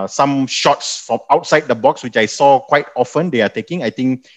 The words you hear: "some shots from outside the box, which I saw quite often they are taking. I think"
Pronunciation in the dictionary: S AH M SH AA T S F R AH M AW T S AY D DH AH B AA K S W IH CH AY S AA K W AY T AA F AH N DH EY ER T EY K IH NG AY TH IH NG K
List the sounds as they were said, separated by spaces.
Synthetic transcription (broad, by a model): S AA M SH AA T S F R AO M AW T S AY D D AH B AA K S W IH CH AY S AA K W AY T AA F AH N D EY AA T EY K IH NG AY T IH NG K